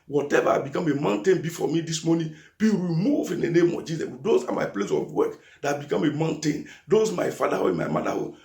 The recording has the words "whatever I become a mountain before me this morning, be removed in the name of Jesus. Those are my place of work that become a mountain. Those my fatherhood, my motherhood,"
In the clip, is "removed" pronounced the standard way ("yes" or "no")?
no